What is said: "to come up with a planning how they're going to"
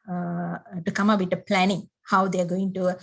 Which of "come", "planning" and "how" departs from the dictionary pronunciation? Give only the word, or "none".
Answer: none